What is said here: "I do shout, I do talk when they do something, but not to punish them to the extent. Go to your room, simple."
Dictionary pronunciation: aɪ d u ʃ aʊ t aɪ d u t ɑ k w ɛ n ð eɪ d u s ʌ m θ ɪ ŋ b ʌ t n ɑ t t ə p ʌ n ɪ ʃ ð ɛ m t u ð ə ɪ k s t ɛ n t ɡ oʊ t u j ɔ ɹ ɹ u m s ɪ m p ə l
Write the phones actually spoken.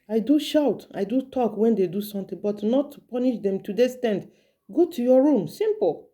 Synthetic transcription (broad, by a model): aɪ d u ʃ aʊ t aɪ d u t ɑ k w ɛ n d eɪ d u s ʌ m t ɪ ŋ b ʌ t n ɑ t t p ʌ n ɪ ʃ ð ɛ m t u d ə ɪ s t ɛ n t ɡ oʊ t u j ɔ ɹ ɹ u m s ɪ m p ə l